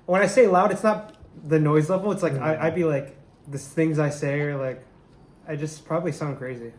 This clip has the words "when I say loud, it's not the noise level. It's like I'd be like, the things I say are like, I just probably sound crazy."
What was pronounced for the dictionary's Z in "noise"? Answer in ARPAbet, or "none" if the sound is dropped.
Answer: Z